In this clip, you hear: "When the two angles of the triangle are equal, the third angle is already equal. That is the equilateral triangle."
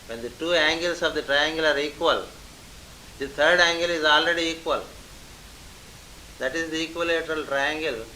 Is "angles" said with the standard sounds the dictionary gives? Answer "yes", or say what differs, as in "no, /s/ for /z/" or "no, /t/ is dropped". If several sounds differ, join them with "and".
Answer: no, /s/ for /z/